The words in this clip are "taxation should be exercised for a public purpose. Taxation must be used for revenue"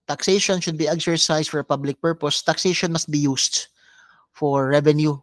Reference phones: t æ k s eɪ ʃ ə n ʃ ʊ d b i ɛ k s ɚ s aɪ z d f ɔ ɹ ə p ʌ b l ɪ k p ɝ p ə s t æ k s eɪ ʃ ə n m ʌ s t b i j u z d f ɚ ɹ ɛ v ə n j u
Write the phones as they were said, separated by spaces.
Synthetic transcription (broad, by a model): t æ k s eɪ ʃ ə n ʃ ʊ d b i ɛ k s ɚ s aɪ s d f ɔ ɹ ə p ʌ b l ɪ k p ɝ p ə s t æ k s eɪ ʃ ə n m ʌ s t b i j u s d f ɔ ɹ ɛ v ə n j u